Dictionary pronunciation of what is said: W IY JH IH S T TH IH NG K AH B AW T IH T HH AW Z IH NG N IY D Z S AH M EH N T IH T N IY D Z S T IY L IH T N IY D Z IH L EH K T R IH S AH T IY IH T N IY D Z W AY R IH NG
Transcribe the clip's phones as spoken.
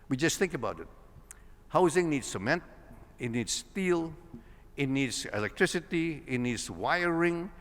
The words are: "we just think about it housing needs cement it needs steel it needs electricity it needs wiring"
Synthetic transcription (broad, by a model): W IY JH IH S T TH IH NG K AH B AW T IH T HH AW Z IH NG N IY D S AH M EH N T IH T N IY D S T IY L IH T N IY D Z IH L EH K T R IH S AH T IY IH T N IY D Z W AY R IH NG